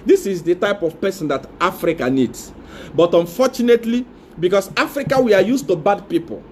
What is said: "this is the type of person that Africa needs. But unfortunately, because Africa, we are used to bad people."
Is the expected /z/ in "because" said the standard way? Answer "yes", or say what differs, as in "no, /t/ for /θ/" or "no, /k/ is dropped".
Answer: no, /s/ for /z/